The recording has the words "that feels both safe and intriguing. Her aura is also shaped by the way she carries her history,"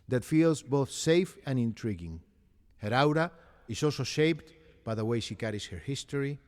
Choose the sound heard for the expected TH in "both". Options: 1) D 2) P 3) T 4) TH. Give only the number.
4